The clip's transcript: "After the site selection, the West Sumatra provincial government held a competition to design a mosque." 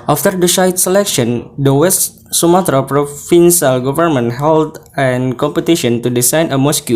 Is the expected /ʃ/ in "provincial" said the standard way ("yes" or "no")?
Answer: no